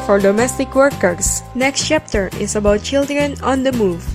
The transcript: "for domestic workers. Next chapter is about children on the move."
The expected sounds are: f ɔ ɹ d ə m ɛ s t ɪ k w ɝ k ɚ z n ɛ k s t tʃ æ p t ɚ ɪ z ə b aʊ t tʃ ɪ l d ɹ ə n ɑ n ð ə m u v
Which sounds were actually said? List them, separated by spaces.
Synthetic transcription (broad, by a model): f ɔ ɹ d ə m ɛ s t ɪ k w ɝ k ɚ s n ɛ k s t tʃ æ p t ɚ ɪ s ə b aʊ t tʃ ɪ l d ɹ ə n ɑ n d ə m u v